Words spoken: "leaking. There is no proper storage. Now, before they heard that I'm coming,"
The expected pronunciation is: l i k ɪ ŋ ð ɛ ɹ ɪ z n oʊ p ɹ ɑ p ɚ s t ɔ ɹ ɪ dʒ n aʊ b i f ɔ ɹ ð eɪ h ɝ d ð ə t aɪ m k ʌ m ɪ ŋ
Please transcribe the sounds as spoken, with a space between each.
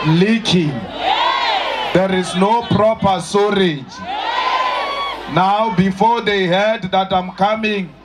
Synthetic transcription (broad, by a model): l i k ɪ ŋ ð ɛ ɹ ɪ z n oʊ p ɹ ɑ p ɚ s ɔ ɹ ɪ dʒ n aʊ b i f ɔ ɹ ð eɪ h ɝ d ð ə t aɪ m k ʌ m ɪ ŋ